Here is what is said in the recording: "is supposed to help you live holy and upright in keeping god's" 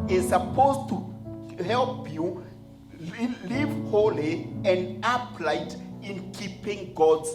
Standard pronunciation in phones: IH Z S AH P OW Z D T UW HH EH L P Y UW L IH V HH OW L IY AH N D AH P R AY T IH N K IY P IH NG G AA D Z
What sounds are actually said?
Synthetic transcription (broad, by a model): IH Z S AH P OW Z T UW HH EH L P Y UW L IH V HH OW L IY AH N D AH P L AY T IH N K IY P IH NG G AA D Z